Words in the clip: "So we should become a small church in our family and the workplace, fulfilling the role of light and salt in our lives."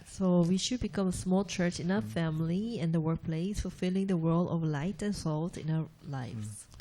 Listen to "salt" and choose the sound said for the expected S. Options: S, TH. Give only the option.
S